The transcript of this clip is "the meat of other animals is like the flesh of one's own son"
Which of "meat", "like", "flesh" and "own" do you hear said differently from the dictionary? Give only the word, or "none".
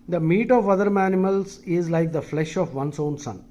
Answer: none